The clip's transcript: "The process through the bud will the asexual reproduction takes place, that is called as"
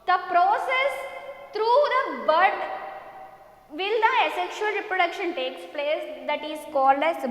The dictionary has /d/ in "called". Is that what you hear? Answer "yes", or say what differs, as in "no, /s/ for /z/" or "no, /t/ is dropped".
yes